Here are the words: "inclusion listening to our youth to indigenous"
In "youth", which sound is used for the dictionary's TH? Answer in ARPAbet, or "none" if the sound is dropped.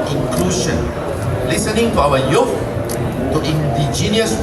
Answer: F